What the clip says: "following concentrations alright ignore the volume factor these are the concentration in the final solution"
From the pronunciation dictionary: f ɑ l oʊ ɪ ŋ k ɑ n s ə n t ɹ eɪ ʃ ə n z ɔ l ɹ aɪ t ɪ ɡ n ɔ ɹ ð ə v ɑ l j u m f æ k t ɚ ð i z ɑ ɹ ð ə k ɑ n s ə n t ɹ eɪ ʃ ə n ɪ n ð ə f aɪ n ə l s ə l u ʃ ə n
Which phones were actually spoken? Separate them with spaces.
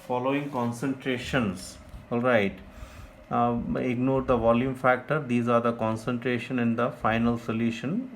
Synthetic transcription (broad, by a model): f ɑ l oʊ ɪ ŋ k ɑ n s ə n t ɹ eɪ ʃ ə n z ɔ l ɹ aɪ t ɪ ɡ n ɔ ɹ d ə v ɑ l j u m f æ k t ɚ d i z ɑ ɹ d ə k ɑ n s ə n t ɹ eɪ ʃ ə n ɪ n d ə f aɪ n ə l s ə l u ʃ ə n